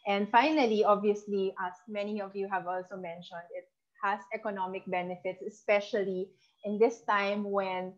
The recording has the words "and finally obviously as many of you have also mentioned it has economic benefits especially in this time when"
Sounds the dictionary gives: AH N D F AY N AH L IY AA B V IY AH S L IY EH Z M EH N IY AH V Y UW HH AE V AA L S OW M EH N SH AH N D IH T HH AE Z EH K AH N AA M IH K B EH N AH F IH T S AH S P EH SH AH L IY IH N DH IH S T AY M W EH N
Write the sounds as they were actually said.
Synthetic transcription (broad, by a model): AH N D F AY N AH L IY AA B V IY AH S L IY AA M EH N IY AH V Y UW HH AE V AA L S OW M EH N SH AH N D IH T HH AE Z EH K AH N AA M IH K B EH N AH F IH T S AH S P EH SH AH L IY IH N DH IH S T AY M W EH N